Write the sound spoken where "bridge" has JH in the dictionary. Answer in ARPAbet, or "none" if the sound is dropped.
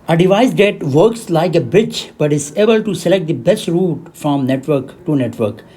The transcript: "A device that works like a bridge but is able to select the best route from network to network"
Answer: CH